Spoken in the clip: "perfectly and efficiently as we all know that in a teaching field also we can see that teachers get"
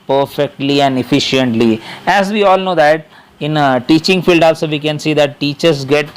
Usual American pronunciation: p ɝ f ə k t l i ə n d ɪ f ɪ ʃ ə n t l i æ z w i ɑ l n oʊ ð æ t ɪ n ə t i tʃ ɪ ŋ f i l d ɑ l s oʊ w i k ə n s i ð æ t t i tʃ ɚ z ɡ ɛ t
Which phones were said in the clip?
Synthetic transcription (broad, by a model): p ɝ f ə k t l i ə n d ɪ f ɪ ʃ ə n t l i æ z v i ɑ l n oʊ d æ t ɪ n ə t i tʃ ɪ ŋ f i l d ɑ l s oʊ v i k ə n s i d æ t t i tʃ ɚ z ɡ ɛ t